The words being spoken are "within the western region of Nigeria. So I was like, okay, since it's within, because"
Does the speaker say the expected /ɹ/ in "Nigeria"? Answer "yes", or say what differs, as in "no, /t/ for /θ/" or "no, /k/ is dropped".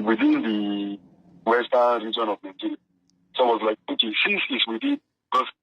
no, /l/ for /ɹ/